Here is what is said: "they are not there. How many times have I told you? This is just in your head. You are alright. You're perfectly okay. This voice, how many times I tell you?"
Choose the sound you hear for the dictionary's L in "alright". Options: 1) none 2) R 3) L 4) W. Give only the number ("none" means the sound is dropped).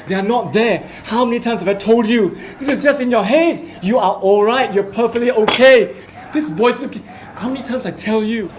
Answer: 3